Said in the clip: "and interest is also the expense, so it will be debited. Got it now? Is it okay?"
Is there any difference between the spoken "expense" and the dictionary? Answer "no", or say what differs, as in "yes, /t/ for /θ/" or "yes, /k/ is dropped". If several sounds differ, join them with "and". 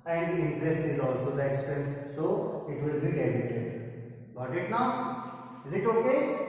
yes, /n/ is dropped